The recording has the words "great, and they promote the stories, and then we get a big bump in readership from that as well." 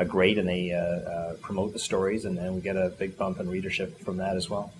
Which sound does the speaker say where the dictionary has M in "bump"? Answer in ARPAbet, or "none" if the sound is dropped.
M